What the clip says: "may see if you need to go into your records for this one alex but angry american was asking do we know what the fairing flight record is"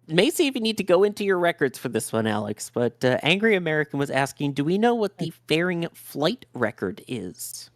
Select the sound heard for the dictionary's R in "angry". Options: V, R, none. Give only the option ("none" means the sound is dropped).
R